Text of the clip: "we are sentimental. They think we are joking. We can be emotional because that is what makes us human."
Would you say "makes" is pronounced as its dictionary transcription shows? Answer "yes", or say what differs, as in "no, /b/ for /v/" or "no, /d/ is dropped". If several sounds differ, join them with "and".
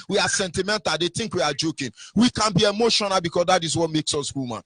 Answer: yes